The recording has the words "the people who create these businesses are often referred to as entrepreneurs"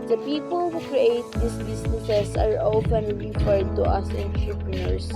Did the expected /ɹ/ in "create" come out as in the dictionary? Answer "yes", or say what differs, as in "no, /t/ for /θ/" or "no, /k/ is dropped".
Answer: yes